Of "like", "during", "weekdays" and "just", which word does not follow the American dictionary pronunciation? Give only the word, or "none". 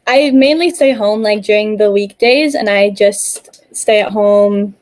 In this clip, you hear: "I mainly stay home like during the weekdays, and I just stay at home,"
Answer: none